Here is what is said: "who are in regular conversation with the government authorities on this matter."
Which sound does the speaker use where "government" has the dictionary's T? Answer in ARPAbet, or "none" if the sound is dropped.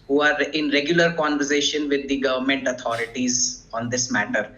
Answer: T